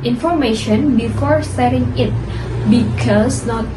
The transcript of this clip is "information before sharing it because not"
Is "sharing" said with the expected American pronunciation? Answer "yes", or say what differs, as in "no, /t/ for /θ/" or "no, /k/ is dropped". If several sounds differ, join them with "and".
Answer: no, /s/ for /ʃ/